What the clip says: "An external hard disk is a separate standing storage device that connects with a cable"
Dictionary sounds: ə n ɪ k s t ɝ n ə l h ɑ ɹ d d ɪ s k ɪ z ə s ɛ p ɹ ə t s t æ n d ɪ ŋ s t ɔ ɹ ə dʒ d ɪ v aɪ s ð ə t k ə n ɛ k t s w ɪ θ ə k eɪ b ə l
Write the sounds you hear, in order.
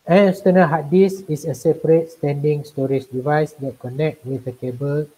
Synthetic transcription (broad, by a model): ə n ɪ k s t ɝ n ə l h ɑ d d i s ɪ s ə s ɛ p ɹ ə t s t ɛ n d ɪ ŋ s t ɔ ɹ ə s d ɪ v aɪ s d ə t k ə n ɛ k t w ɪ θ ə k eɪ b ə l